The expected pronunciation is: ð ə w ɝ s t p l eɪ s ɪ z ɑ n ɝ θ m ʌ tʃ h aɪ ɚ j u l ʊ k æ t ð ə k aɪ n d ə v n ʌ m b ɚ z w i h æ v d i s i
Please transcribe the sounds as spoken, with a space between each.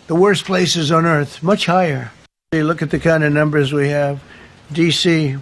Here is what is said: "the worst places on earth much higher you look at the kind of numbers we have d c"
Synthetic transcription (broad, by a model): ð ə w ɝ s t p l eɪ s ɪ z n ɝ θ m ʌ tʃ h aɪ ɚ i l ʊ k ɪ t ð ə k aɪ n d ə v n ʌ m b ɚ z w i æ v d i s i